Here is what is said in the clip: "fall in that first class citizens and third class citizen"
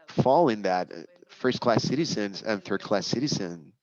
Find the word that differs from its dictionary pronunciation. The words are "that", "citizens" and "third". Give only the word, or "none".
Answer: none